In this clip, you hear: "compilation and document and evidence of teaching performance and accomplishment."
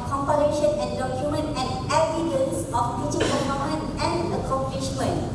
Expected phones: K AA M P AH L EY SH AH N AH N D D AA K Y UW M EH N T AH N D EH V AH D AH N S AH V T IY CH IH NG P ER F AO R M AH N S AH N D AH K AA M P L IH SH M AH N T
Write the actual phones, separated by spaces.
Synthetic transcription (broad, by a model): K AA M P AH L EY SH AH N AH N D D AA K Y UW M EH N T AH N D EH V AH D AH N S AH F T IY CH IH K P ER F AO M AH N AH N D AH K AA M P L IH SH M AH N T